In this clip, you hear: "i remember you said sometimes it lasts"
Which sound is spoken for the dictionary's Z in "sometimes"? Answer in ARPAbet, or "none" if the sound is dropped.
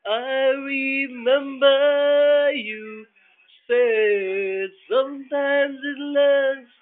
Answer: Z